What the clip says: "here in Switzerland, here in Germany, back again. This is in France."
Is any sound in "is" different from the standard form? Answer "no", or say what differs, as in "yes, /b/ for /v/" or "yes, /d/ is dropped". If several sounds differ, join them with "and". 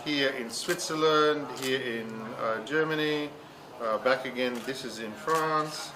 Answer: no